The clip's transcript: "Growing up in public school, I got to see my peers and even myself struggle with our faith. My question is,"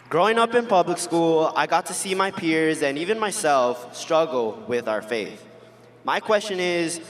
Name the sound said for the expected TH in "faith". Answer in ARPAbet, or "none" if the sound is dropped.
TH